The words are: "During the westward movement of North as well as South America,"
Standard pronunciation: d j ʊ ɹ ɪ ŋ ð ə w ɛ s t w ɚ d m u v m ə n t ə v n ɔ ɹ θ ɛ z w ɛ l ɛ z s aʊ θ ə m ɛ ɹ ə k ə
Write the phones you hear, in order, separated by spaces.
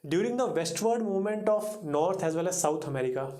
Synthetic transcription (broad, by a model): d j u ɹ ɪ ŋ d ə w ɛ s t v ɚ d m u v m ə n t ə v n ɔ ɹ t ɛ z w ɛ l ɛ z s aʊ t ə m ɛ ɹ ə k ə